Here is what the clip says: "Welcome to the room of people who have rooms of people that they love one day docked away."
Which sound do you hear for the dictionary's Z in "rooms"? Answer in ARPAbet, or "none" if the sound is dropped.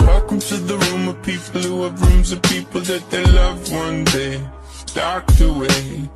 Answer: Z